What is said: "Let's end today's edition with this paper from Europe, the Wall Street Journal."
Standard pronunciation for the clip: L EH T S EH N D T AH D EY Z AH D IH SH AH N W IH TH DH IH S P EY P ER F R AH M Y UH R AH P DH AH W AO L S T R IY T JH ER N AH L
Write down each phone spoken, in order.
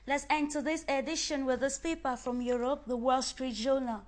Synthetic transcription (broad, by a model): L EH T S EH N T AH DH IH S AH D IH SH AH N W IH DH IH S P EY P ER F R AH M Y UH R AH P DH AH W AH L S T R IY T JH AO N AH L